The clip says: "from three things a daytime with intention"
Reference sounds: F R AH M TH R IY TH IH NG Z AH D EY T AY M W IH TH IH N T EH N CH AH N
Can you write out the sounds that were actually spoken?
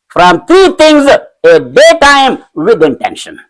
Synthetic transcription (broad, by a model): F R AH M T R IY T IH NG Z AH D EY T AY M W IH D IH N T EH N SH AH N